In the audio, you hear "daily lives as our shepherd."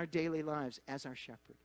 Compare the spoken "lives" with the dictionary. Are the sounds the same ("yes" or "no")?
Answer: yes